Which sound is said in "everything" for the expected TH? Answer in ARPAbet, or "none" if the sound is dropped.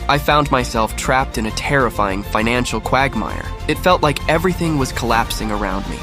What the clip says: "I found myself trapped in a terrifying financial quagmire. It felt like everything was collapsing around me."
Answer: TH